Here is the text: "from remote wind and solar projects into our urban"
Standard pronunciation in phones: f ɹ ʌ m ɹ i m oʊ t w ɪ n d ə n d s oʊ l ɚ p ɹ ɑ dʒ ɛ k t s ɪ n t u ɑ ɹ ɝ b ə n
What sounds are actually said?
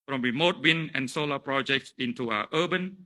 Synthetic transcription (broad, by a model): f ɹ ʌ m ɹ i m oʊ t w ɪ n ə n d s oʊ l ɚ p ɹ ɑ dʒ ɛ k t s ɪ n t u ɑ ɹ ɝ b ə n